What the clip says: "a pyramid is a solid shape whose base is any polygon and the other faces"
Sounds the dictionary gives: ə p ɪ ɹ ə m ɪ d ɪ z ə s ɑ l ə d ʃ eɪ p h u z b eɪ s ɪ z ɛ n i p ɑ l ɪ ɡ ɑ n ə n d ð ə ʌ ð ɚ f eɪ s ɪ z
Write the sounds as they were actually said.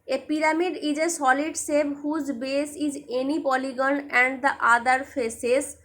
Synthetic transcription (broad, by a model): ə p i ɹ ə m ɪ d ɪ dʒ ə s ɑ l ə d s eɪ b h u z b eɪ s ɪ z ɛ n i p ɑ l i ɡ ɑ n ə n d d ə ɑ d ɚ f eɪ s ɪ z